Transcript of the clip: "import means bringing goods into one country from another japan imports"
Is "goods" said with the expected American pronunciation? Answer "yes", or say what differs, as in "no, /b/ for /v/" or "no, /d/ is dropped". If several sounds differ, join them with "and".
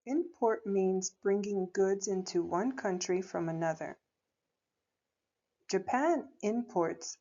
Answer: yes